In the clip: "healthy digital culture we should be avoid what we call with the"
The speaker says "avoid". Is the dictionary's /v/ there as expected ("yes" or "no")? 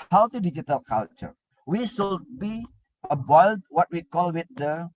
no